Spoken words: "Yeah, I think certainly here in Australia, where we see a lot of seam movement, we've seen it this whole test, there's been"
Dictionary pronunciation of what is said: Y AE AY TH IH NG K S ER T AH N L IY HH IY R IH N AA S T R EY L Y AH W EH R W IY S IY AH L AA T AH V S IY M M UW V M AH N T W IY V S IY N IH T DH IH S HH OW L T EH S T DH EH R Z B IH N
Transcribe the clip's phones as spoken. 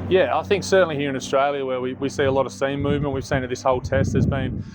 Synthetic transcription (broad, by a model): Y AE AY TH IH NG K S ER T N L IY HH IY R IH N AA S T R EY L Y AH W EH W W IY S IY AH L AA T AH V S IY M M UW V M AH N T W IY V S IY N IH T DH IH S HH OW L T EH S T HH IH Z B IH N